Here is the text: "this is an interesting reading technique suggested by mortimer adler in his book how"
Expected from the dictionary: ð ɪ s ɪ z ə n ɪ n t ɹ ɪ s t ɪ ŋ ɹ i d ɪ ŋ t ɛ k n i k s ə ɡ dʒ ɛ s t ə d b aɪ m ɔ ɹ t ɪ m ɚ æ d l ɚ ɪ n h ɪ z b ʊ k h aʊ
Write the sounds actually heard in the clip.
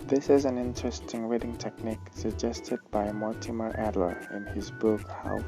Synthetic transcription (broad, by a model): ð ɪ s ɪ z ə n ɪ n t ɹ ɪ s t ɪ ŋ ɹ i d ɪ ŋ t ɛ k n i k s ə ɡ dʒ ɛ s t ə d b aɪ m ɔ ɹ t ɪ m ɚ æ d l ɚ ɪ n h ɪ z b ʊ k h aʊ